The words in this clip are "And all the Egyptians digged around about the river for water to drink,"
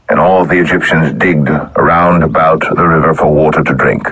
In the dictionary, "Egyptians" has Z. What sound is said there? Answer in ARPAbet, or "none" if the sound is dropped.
Z